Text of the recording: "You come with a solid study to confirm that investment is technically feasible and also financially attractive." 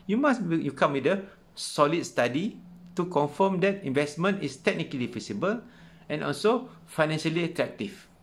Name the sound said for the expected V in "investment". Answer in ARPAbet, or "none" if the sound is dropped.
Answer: V